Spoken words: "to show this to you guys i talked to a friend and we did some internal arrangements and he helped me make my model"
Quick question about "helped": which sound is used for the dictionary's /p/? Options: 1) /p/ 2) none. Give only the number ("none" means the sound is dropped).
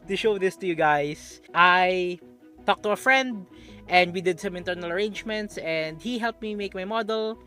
1